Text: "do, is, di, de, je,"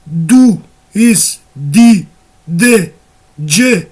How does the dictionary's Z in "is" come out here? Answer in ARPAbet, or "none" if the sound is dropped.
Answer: S